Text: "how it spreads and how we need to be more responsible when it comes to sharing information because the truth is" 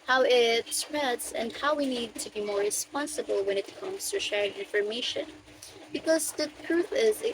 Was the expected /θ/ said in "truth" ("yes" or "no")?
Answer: yes